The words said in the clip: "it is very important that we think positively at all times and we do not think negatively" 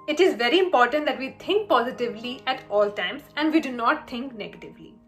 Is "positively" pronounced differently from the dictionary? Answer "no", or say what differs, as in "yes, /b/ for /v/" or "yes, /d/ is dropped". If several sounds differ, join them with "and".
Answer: no